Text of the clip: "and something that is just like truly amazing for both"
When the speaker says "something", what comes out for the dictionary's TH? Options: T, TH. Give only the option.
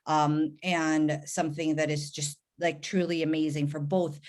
TH